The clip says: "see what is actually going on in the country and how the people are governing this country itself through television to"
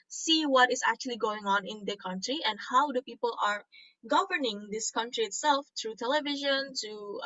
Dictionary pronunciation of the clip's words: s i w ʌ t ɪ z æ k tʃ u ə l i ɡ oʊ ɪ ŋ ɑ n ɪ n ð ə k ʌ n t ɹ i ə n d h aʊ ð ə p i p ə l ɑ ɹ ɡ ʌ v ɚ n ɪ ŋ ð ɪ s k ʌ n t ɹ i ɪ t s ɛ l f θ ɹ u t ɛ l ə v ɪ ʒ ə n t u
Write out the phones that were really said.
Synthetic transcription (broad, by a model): s i w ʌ t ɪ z æ k tʃ u ə l i ɡ oʊ ɪ ŋ ɑ n ɪ n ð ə k ʌ n t ɹ i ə n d h aʊ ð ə p i p ə l ɑ ɹ ɡ ʌ v ɚ n ɪ ŋ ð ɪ s k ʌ n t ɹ i ɪ t s ɛ l f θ ɹ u t ɛ l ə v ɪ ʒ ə n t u